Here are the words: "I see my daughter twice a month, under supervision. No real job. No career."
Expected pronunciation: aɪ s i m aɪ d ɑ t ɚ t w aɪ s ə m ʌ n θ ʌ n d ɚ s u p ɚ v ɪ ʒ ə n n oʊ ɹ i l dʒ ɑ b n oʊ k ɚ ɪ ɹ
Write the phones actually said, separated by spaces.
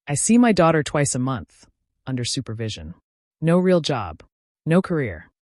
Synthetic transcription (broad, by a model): aɪ s i m aɪ d ɑ t ɚ t w aɪ s ə m ʌ n θ ʌ n d ɚ s u p ɚ v ɪ ʒ ə n n oʊ ɹ i l dʒ ɑ b n oʊ k ɚ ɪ ɹ